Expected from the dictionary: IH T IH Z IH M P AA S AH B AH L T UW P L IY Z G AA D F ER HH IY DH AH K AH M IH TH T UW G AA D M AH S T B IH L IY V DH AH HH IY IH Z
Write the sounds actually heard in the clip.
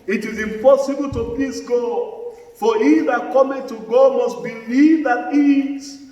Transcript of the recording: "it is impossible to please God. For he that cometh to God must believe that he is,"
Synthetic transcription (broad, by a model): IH T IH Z IH M P AA S AH B AH L T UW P IY S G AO F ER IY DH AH K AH M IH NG T UW G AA M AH S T B IH L IY V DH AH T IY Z